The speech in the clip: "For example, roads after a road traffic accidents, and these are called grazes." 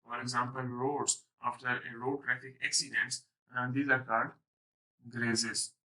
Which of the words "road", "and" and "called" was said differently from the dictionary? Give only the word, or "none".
called